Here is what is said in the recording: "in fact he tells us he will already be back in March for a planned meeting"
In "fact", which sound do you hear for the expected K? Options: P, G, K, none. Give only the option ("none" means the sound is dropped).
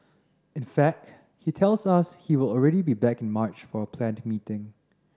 K